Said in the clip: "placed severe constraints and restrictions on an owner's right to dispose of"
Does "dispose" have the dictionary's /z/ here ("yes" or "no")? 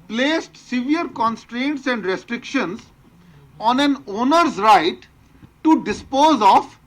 yes